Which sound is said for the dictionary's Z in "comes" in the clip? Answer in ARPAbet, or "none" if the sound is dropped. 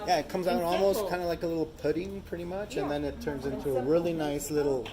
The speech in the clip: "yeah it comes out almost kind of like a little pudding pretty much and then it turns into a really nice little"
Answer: Z